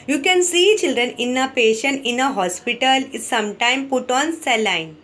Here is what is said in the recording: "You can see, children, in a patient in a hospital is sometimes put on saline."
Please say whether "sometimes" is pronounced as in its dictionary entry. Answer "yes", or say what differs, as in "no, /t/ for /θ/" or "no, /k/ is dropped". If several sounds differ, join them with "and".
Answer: no, /z/ is dropped